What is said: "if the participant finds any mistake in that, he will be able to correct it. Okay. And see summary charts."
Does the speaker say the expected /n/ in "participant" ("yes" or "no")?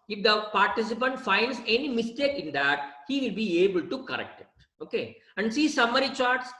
yes